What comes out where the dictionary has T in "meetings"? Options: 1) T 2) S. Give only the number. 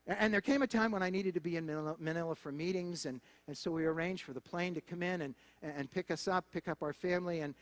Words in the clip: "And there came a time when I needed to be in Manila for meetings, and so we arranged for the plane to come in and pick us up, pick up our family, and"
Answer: 1